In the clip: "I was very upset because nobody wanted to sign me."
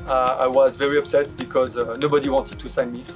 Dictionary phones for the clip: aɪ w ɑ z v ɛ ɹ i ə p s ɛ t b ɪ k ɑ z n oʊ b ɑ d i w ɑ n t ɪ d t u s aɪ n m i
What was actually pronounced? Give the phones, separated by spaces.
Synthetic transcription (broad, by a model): aɪ w ɑ z v ɛ ɹ i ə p s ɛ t b ɪ k ɑ z n oʊ b ɑ d i w ɑ n t ɪ d t u s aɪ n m i